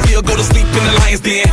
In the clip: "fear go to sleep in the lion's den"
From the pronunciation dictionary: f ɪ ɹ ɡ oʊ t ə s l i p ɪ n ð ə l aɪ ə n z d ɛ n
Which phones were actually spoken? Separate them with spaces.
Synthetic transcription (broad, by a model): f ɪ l ɡ oʊ t ə s l i p ɪ n ð ə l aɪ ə z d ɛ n